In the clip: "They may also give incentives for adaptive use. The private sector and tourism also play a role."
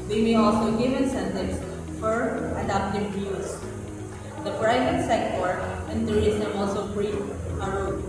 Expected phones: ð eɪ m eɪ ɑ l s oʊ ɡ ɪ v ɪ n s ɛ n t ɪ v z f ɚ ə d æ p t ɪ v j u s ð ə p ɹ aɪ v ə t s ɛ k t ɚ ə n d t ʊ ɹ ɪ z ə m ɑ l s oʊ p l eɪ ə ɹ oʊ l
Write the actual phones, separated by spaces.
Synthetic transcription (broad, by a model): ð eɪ m eɪ ɑ l s oʊ ɡ ɪ v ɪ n s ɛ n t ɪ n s f ɚ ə d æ p t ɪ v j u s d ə p ɹ aɪ v ə t s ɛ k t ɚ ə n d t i ɪ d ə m ɑ l s oʊ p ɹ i ə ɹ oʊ